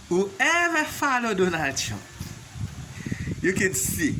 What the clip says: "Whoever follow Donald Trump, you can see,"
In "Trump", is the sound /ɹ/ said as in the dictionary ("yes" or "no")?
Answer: no